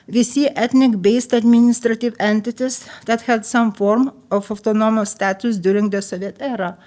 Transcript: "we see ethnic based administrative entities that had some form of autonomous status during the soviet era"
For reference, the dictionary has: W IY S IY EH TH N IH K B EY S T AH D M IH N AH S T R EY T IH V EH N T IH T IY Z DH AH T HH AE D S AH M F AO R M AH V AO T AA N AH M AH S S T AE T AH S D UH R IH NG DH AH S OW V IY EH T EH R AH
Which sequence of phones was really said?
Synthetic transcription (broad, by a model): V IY S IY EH T N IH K B EY S T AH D M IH N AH S T R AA T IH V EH N T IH T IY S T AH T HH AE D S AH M F AO R M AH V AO T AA N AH M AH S S T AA T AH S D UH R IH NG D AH S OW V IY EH T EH R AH